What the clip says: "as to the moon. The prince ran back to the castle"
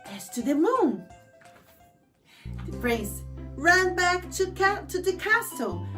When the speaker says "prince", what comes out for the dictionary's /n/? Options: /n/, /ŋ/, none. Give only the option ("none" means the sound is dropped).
none